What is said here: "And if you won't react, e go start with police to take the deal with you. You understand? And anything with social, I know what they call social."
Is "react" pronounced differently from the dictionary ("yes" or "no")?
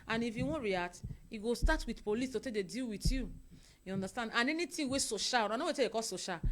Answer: yes